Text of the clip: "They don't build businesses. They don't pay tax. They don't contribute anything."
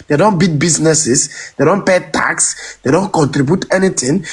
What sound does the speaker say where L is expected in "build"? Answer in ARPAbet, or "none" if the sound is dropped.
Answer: none